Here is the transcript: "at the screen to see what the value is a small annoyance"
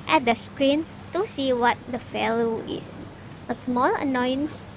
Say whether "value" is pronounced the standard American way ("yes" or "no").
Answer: no